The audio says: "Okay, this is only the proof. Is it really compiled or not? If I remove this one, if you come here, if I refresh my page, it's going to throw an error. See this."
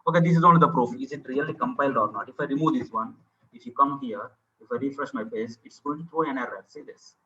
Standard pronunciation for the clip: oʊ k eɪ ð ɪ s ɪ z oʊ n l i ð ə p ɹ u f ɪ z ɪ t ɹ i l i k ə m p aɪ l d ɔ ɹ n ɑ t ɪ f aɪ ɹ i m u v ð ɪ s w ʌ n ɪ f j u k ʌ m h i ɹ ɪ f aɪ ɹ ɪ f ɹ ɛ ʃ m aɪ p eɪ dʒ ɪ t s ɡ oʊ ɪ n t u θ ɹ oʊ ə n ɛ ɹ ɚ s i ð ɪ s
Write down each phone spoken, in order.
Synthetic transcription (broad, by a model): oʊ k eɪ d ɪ s ɪ z oʊ n l i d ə p ɹ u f ɪ z ɪ t ɹ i l i k ə m p aɪ l d ɔ ɹ n ɑ t ɪ f aɪ ɹ i m u v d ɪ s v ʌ n ɪ f j u k ʌ m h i ɹ ɪ f aɪ ɹ ɪ f ɹ ɛ ʃ m aɪ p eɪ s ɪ t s ɡ oʊ ɪ n t u t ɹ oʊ ə n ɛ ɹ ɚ s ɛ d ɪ s